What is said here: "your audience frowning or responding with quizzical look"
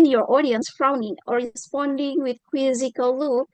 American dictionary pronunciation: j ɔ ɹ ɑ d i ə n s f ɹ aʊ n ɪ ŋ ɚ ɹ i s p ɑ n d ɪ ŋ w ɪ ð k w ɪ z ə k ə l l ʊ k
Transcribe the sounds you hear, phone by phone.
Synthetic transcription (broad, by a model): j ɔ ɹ ɑ d i ə n s f ɹ aʊ n ɪ ŋ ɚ ɹ i s p ɑ n d ɪ ŋ w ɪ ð k w ɪ z ə k ə l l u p